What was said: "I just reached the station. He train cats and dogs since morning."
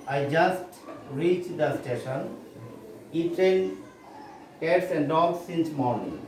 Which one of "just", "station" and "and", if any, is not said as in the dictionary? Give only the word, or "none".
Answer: none